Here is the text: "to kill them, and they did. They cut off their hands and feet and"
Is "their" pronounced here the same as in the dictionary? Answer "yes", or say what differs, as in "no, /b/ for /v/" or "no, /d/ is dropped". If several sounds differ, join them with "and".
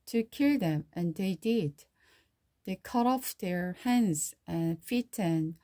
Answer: yes